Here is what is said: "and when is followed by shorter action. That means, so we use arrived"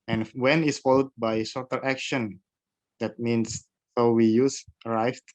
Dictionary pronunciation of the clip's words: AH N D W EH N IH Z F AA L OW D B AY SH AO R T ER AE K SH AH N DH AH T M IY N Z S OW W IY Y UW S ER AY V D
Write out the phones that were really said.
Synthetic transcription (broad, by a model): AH N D W EH N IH S F AA L OW D B AY S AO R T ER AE K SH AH N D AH T M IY N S S OW W IY Y UW S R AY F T